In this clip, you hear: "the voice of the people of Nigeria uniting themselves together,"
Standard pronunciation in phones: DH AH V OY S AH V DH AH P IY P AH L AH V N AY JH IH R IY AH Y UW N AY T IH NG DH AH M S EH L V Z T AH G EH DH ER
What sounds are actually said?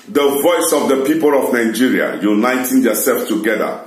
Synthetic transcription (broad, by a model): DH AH V OY S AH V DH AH P IY P AH L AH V N AY JH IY R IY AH Y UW N AY T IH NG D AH S EH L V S T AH G EH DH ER